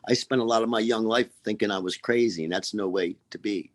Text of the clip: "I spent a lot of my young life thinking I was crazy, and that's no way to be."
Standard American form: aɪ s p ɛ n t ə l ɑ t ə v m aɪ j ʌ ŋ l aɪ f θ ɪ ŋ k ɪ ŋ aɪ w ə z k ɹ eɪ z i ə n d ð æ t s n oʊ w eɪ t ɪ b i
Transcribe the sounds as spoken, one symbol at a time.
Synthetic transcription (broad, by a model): aɪ s p ɛ n t ə l ɑ t ə v m aɪ j ʌ ŋ l aɪ f θ ɪ ŋ k ɪ ŋ aɪ w ə z k ɹ eɪ z i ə n ð æ t s n oʊ w eɪ t ɪ b i